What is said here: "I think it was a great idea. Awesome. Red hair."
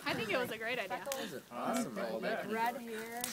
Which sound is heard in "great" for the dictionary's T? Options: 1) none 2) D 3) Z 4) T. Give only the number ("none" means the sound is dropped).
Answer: 4